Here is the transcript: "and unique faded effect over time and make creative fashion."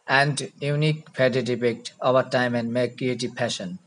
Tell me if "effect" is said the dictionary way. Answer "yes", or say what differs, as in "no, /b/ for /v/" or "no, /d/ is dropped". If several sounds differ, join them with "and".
no, /p/ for /f/